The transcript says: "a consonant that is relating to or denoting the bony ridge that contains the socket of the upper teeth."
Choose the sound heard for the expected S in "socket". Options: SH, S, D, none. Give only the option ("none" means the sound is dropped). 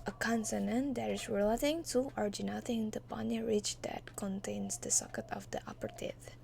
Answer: S